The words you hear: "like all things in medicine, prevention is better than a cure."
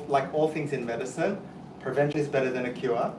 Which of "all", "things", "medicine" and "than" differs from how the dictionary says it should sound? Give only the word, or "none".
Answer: none